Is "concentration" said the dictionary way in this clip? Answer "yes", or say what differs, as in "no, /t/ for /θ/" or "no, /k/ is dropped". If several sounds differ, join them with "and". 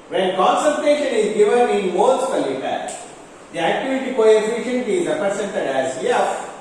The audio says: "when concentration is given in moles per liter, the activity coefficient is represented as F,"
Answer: no, /ɹ/ is dropped